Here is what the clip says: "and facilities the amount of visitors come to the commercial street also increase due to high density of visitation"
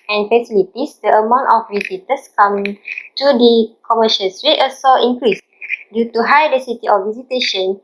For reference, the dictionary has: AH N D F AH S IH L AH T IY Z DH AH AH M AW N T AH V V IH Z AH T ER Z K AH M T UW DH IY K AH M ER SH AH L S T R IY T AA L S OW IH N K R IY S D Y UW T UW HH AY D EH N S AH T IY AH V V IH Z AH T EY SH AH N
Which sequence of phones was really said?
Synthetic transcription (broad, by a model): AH N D F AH S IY L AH T IY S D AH AH M AW N T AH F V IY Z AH T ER S K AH M T UW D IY K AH M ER SH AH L S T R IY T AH S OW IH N K R IY S D Y UW T UW HH AY D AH S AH T IY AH F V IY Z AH T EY SH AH N